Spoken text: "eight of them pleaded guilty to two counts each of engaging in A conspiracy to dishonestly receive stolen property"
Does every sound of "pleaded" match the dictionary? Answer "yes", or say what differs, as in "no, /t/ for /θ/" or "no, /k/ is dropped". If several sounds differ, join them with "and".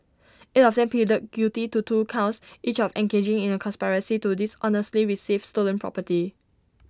no, /l/ is dropped